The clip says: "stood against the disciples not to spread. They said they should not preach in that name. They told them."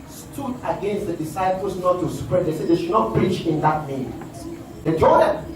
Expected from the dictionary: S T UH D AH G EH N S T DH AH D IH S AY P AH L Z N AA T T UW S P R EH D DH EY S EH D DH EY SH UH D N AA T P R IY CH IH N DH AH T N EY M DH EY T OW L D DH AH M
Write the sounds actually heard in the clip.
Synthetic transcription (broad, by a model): S T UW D AH G EH N S T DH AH D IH S AY P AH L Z N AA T T UW S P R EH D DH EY S EH D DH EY SH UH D N AA T P R IY CH IH N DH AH T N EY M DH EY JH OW D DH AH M